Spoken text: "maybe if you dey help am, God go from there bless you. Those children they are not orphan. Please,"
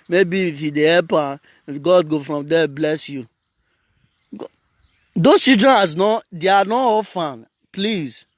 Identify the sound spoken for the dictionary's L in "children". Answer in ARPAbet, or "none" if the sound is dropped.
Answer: none